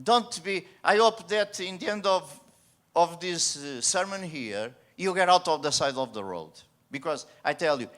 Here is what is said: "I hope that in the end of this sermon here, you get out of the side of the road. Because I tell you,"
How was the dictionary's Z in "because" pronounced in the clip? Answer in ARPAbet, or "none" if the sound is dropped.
Z